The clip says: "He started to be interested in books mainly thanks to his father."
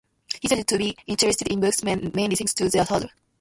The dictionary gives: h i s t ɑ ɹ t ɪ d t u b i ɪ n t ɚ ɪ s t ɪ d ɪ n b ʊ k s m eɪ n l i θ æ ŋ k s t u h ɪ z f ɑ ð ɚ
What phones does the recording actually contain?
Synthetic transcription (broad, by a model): h i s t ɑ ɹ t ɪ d t u b i ɪ n t ɚ ɪ s t ɪ d ɪ n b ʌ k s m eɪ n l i t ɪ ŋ s t u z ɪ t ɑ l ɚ